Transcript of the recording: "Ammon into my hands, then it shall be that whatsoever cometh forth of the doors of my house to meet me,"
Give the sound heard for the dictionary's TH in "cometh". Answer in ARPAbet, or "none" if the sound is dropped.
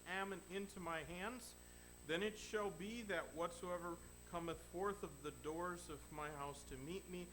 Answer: TH